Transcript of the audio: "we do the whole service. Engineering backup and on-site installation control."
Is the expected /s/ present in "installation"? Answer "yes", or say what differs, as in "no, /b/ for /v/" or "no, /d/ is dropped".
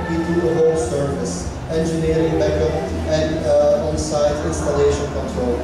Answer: yes